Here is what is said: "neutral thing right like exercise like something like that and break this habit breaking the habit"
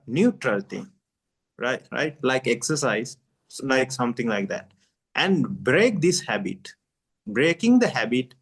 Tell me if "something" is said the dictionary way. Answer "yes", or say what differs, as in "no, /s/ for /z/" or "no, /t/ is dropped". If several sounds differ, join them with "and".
no, /t/ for /θ/